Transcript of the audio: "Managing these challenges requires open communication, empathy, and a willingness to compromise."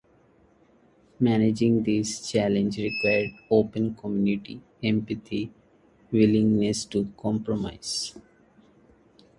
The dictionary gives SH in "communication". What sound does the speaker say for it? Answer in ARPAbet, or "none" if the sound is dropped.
none